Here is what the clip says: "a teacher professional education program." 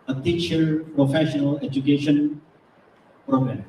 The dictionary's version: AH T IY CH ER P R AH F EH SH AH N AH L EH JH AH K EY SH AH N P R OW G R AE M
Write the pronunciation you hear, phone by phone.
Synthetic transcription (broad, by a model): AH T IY SH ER P R AH F EH SH AH N AH L EH JH AH K EY SH AH N P R OW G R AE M